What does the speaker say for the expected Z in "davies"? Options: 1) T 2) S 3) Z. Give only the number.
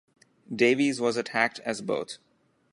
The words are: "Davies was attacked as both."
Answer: 3